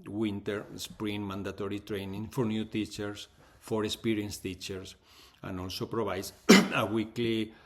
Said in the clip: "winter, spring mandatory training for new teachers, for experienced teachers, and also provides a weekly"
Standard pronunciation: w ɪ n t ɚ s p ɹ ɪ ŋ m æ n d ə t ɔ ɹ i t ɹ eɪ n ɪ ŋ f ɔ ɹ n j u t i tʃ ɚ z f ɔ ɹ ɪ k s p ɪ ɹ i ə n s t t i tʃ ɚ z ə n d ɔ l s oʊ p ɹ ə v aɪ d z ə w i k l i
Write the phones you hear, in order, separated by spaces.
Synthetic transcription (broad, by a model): w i n t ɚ s p ɹ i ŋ m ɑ n d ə t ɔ ɹ i t ɹ eɪ n ɪ ŋ f ɔ ɹ n j u t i tʃ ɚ s f ɔ ɹ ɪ k s p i ɹ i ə n s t t i tʃ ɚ s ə n ɔ l s oʊ p ɹ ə b aɪ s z ə w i k l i